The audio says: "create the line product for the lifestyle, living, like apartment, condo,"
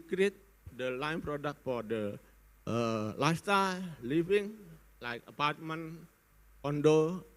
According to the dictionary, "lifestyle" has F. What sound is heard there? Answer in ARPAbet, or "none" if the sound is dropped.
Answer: none